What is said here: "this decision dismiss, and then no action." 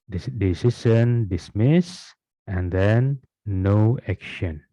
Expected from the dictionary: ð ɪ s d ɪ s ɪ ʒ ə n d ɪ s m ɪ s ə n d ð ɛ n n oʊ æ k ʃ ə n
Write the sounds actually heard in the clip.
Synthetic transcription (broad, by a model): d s d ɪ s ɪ ʃ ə n d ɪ s m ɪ s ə n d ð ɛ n n oʊ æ k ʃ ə n